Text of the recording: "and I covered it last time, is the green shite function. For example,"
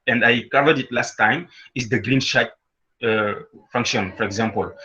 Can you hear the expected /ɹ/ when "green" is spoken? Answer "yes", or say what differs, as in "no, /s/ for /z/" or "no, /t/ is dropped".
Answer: yes